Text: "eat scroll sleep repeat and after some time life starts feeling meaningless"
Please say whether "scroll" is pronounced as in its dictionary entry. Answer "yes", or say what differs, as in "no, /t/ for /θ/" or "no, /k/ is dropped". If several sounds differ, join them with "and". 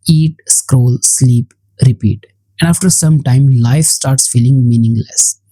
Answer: yes